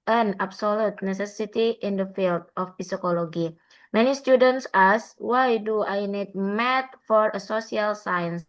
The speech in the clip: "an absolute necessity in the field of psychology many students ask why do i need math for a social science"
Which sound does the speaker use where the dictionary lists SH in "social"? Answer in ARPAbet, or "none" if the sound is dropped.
S